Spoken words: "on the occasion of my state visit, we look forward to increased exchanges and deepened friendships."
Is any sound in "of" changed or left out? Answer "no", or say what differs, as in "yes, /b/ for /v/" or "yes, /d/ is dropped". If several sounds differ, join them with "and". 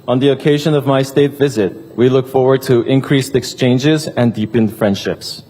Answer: no